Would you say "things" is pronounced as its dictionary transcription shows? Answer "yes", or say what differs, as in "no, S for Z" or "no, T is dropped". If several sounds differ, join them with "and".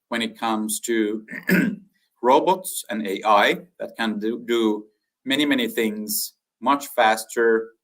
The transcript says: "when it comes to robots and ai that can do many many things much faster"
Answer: yes